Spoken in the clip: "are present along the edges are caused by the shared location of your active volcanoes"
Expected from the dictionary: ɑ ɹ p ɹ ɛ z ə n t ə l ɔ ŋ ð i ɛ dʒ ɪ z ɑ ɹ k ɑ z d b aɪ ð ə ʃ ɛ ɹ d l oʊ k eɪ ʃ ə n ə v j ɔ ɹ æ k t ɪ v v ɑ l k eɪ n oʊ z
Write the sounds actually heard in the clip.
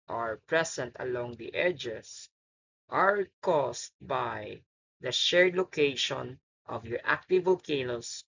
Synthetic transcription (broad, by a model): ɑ ɹ p ɹ ɛ s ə n t ə l ɔ ŋ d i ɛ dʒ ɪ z ɑ ɹ k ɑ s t b aɪ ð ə ʃ ɛ ɹ d l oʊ k eɪ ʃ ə n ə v j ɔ ɹ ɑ k t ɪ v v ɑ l k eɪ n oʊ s